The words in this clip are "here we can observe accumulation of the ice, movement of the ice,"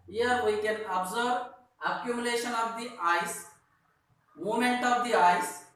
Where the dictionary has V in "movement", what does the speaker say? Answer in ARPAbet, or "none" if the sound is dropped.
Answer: none